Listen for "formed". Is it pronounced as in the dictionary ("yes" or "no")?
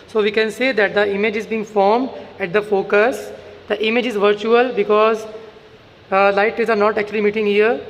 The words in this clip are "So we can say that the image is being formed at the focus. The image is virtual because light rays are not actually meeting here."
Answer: yes